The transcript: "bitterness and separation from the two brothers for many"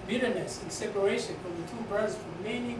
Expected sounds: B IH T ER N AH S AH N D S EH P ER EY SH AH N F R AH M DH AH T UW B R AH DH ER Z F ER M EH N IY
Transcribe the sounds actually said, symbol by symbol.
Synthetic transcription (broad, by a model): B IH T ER N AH S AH N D S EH P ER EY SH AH N F R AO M DH AH T UW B AH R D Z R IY M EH N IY